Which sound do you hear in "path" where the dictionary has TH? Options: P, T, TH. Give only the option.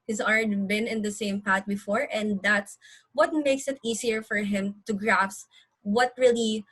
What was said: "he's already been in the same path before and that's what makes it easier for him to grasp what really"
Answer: T